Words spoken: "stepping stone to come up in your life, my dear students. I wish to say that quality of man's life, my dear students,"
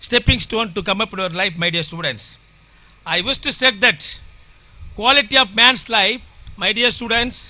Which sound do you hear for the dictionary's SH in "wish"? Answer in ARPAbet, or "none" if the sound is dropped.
S